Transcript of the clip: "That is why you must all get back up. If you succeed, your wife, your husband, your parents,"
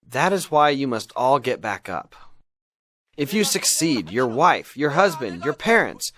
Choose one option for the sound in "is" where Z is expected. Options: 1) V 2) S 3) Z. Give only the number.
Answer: 3